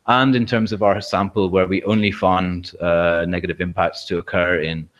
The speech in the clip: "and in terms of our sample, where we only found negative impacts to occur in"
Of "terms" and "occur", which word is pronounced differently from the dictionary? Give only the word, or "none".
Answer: none